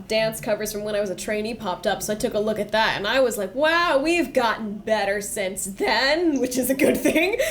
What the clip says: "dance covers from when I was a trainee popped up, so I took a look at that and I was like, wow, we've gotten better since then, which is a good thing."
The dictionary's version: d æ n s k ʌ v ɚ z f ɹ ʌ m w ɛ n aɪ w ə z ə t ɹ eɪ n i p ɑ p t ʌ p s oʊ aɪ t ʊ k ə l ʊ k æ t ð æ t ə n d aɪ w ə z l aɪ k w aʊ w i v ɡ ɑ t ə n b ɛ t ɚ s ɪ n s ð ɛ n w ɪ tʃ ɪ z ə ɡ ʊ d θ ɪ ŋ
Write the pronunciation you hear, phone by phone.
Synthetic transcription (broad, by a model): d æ n s k ʌ v ɚ z f ɹ ʌ m w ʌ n aɪ w ə z ə t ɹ eɪ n i p ɑ p t ʌ p s oʊ aɪ t ʊ k ə l ʊ k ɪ t ð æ t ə n aɪ w ə z l aɪ k w aʊ w i v ɡ ɑ t n b ɛ t ɚ s ɪ n s ð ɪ n w ɪ tʃ ɪ z ə ɡ ʊ d θ ɪ ŋ